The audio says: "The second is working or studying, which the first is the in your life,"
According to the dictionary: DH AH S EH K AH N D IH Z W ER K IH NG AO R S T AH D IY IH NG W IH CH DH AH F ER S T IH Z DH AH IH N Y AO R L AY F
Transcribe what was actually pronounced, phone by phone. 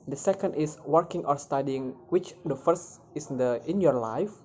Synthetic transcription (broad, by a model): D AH S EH K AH N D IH S W ER K IH NG AO R S T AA D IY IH NG W IH CH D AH F ER S T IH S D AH IH N Y AO R L AY F